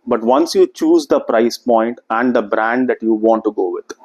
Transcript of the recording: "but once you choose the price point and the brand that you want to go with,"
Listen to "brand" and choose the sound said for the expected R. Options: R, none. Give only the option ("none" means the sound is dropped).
R